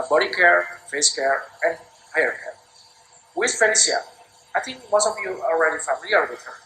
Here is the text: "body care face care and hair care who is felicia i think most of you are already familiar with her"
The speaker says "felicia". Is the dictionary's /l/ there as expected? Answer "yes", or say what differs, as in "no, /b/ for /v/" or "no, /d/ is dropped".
no, /n/ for /l/